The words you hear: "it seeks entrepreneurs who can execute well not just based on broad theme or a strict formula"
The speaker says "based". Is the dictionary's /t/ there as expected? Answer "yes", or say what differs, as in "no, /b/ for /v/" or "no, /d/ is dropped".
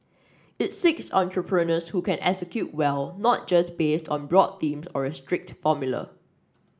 yes